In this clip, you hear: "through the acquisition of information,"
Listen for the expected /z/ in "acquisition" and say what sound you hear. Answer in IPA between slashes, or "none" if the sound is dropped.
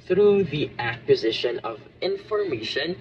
/z/